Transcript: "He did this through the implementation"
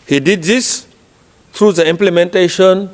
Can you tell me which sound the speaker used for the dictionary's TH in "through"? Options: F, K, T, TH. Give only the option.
T